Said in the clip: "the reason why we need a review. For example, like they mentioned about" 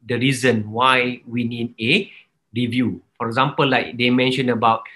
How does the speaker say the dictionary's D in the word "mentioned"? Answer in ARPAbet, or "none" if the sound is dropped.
none